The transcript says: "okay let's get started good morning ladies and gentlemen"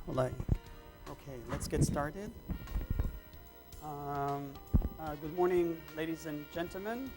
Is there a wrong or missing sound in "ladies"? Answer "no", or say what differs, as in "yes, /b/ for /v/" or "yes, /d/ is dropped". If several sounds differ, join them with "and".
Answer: no